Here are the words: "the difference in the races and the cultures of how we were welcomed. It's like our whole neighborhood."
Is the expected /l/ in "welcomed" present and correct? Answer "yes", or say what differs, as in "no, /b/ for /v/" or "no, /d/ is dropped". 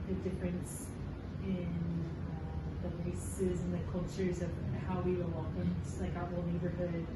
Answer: no, /l/ is dropped